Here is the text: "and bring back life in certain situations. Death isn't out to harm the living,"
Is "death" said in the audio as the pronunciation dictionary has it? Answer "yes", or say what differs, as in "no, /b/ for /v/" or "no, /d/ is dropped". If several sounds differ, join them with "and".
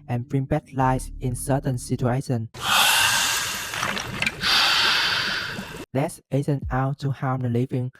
no, /s/ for /θ/